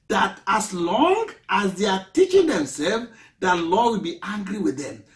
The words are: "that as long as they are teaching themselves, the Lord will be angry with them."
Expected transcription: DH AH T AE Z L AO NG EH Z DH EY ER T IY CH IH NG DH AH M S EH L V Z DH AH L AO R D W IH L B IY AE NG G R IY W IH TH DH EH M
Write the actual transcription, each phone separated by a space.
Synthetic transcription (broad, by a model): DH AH T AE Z L AO NG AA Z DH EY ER T IY CH IH NG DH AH M S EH L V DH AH L AO W IH L B IY AE NG G R IY W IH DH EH M